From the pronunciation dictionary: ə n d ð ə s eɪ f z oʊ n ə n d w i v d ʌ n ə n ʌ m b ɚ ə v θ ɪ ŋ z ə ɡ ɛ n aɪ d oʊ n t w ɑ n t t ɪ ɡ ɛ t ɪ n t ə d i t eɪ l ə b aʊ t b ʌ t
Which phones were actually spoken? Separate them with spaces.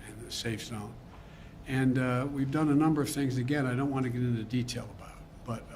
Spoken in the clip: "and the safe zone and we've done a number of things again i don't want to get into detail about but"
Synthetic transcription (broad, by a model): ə n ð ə s eɪ f s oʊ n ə n w i v d ʌ n ə n ʌ m b ɚ ə v θ ɪ ŋ z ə ɡ ɛ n aɪ d oʊ n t w ɑ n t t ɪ ɡ ɛ t ɪ n t ə d i t eɪ l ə b aʊ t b ʌ t